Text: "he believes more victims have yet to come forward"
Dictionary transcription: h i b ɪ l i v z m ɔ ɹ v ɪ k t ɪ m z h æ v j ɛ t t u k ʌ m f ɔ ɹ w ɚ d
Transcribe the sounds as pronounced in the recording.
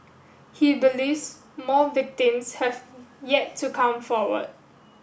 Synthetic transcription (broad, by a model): h i b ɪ l i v s m ɔ l v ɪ k t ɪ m s h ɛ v j ɛ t t u k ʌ m f ɔ w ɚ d